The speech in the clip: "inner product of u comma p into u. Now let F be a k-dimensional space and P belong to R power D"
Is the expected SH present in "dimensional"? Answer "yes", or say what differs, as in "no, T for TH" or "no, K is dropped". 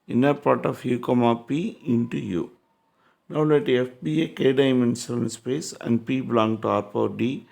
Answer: no, S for SH